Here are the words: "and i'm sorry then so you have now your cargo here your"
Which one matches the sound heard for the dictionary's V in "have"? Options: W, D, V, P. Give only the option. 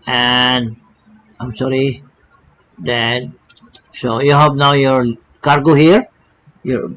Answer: P